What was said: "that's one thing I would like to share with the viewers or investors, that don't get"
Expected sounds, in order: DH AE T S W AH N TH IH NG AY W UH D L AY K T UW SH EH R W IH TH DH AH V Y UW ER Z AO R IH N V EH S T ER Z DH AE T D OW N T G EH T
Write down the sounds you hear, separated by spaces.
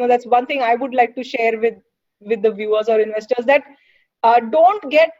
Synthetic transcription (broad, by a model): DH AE T S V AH N T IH NG AY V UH D L AY K T UW SH EH R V IH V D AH V Y UW ER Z AO R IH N V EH S T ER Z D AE T D OW N T G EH T